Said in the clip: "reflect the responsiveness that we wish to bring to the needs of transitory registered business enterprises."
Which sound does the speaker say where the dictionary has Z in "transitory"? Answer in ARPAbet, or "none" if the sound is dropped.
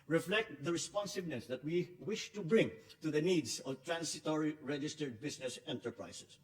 S